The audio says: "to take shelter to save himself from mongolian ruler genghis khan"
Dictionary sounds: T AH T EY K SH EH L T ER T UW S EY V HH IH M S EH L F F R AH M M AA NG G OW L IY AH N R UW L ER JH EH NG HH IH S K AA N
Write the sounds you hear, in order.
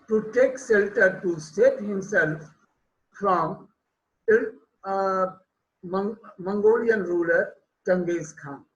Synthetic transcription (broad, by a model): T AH T EY K S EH L T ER T UW S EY P HH IH M S EH L F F R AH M M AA NG G OW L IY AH N R UW L ER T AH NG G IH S K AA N